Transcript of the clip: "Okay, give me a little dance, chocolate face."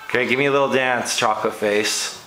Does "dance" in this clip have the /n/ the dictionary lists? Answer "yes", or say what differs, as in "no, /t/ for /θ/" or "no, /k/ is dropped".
yes